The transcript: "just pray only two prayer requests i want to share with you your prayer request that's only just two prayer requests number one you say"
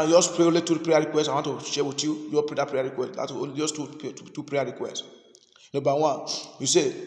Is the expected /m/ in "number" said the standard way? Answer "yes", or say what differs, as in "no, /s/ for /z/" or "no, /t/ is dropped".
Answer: no, /m/ is dropped